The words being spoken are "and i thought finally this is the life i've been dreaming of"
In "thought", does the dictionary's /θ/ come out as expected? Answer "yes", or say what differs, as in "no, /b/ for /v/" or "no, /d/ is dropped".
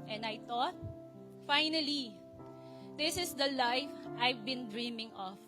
no, /t/ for /θ/